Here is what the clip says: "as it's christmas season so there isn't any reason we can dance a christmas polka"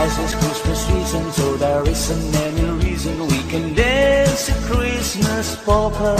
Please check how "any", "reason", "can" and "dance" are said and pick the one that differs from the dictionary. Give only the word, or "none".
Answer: dance